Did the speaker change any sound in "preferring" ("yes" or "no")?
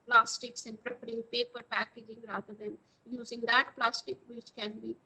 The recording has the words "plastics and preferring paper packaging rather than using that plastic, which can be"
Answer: yes